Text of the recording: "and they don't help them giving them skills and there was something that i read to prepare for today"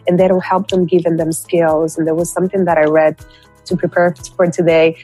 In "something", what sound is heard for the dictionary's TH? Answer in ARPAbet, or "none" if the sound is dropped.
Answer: TH